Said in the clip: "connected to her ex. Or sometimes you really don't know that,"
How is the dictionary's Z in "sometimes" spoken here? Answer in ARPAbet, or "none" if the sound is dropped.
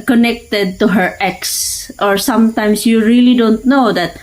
S